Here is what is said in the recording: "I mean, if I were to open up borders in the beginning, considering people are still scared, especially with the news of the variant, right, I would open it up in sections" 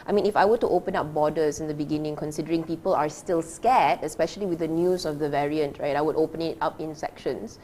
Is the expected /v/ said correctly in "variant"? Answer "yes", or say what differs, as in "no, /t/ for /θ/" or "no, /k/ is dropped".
yes